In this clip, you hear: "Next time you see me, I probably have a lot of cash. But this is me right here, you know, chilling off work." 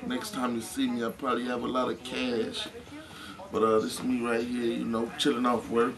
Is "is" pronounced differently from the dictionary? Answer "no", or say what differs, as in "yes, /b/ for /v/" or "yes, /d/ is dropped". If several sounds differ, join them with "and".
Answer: yes, /s/ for /z/